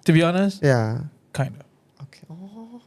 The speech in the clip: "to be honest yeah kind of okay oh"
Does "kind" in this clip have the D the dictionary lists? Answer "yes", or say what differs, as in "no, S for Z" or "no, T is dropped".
yes